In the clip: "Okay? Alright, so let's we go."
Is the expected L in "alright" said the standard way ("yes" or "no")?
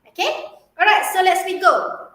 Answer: no